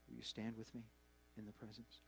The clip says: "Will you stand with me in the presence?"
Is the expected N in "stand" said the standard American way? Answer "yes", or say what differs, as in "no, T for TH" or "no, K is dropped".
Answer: yes